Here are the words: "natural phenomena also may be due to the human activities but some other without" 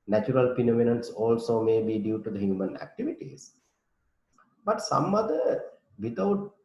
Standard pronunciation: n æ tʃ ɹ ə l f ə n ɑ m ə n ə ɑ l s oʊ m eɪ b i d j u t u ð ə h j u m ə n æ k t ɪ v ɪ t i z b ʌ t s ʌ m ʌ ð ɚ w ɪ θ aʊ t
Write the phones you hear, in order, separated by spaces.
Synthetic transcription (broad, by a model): n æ tʃ ɹ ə l p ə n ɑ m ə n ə ɑ l s oʊ m eɪ b i d j u t u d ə h j u m ə n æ k t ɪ v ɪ t i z b ʌ t s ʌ m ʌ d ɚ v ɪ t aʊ t